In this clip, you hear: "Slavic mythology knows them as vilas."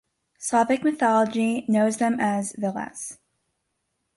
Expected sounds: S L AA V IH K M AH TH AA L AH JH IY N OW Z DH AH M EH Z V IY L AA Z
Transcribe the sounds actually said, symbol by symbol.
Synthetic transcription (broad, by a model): S AA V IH K M AH TH AA L AH JH IY N OW Z DH AH M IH Z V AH L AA S